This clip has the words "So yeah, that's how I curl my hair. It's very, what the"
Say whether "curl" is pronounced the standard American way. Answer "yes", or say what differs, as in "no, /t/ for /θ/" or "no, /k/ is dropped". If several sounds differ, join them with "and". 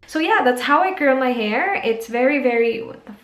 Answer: no, /n/ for /l/